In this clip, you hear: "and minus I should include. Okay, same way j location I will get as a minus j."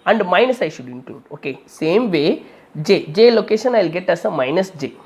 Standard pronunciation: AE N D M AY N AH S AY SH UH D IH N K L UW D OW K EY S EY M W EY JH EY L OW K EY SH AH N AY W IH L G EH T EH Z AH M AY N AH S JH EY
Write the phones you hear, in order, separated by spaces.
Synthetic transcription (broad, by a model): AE N D M AY N AH S AY SH UH D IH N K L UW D OW K EY S EY M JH EY JH EY L OW K EY SH AH N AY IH L G EH T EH S AH M AY N AH S JH EY